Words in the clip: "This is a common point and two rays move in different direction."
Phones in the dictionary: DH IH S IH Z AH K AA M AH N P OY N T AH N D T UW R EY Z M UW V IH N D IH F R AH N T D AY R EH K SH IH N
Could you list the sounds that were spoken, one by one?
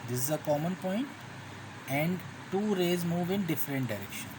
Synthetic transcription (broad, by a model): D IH S IH Z AH K AA M AH N P OY N T AH N D T UW R EY Z M UW V IH N D IH F R AH N T D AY R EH K SH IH N